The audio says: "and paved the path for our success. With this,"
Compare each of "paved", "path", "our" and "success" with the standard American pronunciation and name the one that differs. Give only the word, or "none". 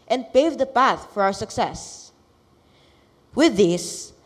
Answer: none